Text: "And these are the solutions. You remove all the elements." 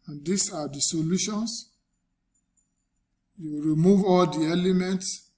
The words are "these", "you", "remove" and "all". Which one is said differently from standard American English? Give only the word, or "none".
these